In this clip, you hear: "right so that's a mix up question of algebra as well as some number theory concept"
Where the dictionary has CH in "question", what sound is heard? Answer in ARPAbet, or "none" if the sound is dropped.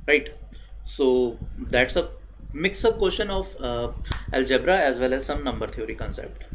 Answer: SH